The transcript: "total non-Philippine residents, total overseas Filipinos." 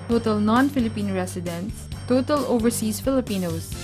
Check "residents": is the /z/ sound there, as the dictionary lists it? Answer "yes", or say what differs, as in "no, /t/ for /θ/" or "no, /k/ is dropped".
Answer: no, /s/ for /z/